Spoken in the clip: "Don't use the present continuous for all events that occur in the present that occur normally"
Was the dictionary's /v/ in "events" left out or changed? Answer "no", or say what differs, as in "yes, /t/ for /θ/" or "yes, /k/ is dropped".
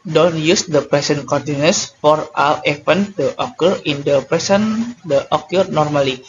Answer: yes, /f/ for /v/